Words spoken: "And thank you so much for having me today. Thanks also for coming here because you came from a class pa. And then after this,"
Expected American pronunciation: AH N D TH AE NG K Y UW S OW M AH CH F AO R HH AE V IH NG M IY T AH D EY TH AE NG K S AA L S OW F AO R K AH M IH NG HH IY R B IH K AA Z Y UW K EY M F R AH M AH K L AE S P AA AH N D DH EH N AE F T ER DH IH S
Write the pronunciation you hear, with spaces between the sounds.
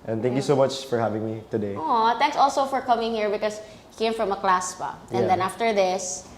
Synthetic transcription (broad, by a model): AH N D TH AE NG K Y UW S OW M AH CH F AO R HH AE V IH NG M IY T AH D EY T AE NG K S AA L S OW F AO R K AH M IH NG HH IY R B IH K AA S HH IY K EY M F R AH M AH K L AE S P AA AH N D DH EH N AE F T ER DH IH S